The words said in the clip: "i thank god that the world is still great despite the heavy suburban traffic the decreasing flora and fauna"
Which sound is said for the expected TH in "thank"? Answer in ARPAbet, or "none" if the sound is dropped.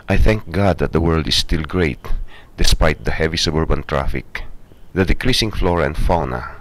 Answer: TH